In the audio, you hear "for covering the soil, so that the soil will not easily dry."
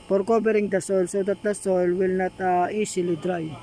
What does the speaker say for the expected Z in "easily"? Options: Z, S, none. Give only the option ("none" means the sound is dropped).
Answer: S